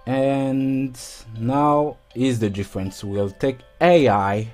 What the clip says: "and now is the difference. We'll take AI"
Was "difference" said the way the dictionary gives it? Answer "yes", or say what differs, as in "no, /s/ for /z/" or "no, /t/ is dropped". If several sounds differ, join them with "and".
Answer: yes